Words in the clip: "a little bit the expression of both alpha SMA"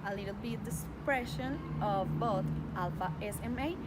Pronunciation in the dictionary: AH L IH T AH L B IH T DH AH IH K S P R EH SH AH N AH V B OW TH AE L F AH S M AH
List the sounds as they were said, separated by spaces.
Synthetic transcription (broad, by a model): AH L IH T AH L B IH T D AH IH S P R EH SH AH N AH V B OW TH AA L F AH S M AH